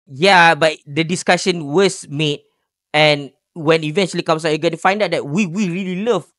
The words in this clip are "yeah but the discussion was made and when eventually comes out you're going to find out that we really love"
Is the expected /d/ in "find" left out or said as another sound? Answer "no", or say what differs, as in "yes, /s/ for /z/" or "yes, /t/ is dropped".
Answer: no